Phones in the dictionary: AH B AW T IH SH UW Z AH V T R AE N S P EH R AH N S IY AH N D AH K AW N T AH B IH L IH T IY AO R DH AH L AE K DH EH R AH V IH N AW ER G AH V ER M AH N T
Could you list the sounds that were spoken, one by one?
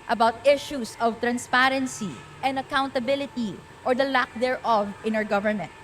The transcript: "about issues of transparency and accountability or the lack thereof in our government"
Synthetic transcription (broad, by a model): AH B AW T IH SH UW S AH V T R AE N S P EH R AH N S IY AH N D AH K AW N T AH B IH L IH T IY AO R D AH L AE K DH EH R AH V IH N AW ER G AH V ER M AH N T